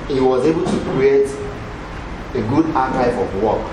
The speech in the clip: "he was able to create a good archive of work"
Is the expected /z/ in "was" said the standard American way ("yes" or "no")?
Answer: yes